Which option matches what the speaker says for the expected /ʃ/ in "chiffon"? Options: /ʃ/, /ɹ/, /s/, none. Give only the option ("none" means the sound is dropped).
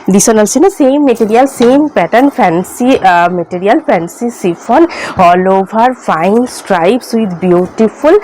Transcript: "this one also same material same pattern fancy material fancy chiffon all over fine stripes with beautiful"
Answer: /s/